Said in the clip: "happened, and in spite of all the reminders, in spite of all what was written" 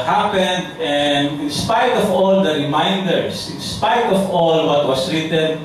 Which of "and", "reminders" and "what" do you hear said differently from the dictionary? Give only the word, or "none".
reminders